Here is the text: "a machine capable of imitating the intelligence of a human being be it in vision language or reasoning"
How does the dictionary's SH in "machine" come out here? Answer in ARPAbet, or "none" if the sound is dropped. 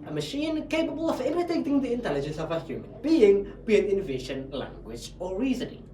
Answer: SH